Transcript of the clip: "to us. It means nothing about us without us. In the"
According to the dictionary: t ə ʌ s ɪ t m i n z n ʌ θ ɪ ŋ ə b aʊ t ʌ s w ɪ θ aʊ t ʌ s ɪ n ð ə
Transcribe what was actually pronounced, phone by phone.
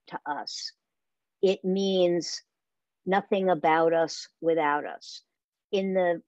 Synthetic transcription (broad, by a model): t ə ʌ s ɪ t m i n z n ʌ θ ɪ ŋ ə b aʊ t ʌ s w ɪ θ aʊ t ʌ s ɪ n ð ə